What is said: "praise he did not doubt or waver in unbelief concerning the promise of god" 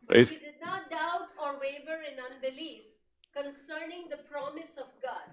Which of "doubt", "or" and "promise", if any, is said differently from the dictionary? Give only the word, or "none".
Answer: none